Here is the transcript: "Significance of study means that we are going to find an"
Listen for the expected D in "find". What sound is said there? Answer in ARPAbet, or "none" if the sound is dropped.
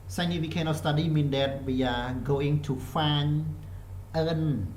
none